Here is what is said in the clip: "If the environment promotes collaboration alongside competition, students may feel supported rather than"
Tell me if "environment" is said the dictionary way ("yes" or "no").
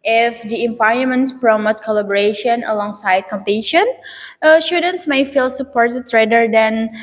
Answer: no